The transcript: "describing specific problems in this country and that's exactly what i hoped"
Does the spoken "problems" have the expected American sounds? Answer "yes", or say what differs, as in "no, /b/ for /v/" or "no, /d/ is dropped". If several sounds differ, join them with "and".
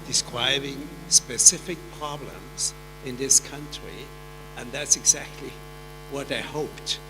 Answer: yes